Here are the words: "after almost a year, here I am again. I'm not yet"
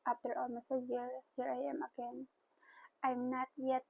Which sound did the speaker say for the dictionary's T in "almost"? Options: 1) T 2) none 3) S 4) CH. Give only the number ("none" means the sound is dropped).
2